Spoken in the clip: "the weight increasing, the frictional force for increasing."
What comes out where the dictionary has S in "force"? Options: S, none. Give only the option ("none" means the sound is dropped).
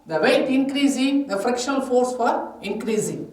S